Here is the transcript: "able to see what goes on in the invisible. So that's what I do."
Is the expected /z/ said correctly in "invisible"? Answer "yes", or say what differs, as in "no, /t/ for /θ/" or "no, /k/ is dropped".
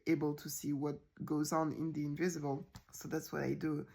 yes